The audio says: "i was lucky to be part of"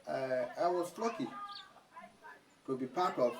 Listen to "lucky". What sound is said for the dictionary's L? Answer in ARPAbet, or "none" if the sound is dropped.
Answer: L